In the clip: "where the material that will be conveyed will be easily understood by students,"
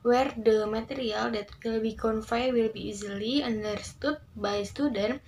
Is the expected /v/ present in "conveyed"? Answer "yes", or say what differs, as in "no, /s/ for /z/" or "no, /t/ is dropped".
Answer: no, /f/ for /v/